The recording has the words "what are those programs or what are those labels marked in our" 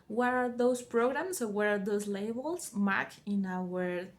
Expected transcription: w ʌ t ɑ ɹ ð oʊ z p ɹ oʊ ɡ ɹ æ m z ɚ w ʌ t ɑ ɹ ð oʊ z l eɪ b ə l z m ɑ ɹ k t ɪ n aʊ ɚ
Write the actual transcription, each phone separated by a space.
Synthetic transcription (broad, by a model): w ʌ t ɑ ɹ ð oʊ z p ɹ oʊ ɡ ɹ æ m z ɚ w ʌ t ɑ ɹ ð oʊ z l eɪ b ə l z m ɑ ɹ k ɪ n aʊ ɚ